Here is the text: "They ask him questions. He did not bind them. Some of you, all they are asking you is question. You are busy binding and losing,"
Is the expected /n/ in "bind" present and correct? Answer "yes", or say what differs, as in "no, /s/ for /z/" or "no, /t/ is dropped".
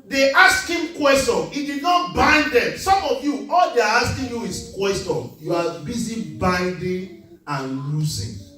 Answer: yes